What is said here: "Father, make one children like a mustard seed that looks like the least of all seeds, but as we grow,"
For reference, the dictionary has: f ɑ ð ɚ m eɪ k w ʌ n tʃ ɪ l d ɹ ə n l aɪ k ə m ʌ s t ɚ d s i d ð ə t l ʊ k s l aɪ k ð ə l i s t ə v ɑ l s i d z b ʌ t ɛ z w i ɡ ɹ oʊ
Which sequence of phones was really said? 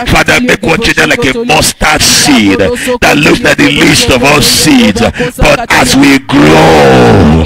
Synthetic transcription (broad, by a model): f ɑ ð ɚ m eɪ k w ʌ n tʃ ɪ d ə l aɪ k ə m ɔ s t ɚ s i d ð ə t l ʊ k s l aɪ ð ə l i s t ə v ɑ l s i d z b ʌ t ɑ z w i ɡ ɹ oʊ